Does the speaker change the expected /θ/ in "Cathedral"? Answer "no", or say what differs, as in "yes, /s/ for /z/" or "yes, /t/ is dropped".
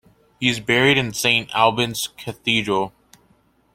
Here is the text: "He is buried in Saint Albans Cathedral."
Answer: no